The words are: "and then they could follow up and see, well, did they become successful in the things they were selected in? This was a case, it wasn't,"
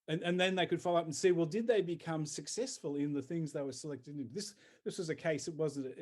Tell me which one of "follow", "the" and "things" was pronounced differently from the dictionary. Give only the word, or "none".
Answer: none